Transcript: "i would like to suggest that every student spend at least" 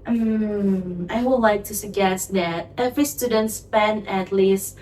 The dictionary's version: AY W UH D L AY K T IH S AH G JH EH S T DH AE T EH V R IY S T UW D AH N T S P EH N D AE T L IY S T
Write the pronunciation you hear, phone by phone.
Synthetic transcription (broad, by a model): AY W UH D L AY K T IH S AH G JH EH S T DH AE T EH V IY S T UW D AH N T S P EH N AE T L IY S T